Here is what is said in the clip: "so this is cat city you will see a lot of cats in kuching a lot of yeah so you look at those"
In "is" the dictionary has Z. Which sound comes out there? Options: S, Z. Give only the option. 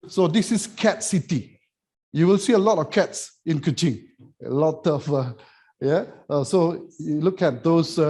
S